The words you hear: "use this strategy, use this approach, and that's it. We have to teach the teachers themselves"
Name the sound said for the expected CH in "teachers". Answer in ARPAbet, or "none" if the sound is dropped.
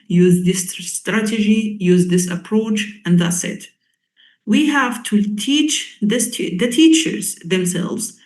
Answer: CH